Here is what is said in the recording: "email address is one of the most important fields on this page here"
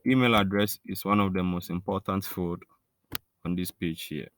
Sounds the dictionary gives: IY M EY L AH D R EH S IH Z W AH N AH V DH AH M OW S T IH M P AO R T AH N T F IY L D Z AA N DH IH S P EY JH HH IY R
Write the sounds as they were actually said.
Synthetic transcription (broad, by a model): IY M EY L AH D R EH S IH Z W AH N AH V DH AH M OW S T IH M P AO T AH N T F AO D AA N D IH S P EY JH HH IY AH